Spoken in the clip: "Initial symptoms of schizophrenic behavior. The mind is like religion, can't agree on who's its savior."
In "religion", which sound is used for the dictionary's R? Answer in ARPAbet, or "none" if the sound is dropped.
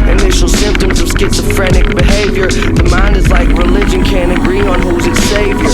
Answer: R